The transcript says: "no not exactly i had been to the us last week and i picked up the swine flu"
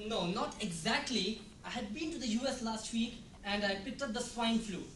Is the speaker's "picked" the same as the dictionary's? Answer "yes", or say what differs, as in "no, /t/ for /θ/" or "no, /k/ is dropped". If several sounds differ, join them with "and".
yes